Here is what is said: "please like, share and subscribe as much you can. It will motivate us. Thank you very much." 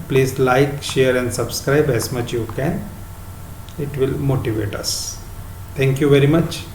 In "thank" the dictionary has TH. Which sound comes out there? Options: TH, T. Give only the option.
T